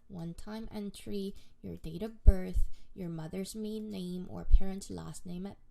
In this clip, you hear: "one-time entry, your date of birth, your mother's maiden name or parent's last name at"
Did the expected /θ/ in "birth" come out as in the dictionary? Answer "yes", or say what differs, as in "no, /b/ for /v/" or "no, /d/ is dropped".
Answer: yes